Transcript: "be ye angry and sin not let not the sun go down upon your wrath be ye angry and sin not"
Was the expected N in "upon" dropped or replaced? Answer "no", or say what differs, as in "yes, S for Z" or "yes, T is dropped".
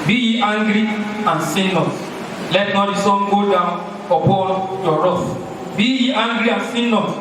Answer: yes, L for N